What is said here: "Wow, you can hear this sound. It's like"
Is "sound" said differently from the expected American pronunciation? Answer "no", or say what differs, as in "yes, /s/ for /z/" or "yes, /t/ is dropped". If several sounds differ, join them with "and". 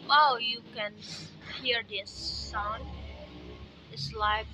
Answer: yes, /d/ is dropped